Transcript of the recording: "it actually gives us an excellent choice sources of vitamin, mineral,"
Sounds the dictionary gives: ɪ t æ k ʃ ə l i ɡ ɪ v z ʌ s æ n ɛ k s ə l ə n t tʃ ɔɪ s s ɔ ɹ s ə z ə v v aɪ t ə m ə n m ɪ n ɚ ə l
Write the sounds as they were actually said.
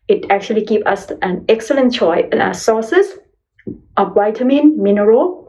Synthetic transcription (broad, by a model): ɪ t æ k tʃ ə l i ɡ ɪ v ʌ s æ n ɛ k s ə l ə n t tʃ ɔɪ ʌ s ɔ s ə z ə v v aɪ t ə m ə n m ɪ n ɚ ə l